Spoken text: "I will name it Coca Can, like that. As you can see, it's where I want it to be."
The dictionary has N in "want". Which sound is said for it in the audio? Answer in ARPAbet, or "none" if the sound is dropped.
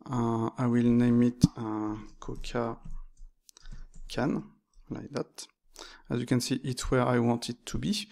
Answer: N